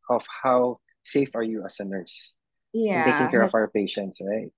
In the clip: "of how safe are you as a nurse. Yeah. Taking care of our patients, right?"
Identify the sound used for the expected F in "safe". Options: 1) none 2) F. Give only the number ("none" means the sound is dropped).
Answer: 2